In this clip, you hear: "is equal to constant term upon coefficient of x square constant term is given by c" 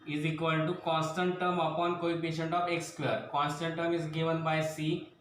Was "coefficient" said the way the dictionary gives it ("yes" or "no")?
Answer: no